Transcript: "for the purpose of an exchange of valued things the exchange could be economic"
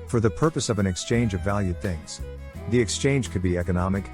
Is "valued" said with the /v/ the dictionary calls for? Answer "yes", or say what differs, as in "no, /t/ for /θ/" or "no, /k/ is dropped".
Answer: yes